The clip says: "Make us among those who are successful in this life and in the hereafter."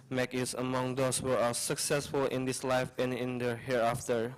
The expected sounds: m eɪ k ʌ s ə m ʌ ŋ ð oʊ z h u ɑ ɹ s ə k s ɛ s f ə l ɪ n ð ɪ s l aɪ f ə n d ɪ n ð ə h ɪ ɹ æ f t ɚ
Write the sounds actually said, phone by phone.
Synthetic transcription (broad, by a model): m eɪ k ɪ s ə m ʌ ŋ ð oʊ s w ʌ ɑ l s ə k s ɛ s f ə l ɪ n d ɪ s l aɪ f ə n ɪ n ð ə h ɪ ɹ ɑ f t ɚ